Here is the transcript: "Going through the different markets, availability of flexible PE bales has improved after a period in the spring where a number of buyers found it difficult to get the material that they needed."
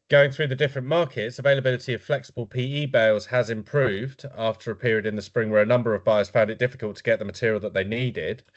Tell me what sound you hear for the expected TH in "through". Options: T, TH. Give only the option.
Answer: TH